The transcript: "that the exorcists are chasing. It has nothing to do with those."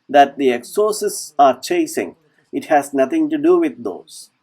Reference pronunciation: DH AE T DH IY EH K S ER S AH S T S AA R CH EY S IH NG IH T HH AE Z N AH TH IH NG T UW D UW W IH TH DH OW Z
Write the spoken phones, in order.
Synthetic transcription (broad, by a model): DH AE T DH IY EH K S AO S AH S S AA R CH EY S IH NG IH T HH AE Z N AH T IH NG T UW D UW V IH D OW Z